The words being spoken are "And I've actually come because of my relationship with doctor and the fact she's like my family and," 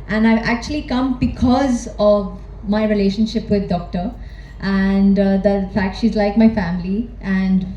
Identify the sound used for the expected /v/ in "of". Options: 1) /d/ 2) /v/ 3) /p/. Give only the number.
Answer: 2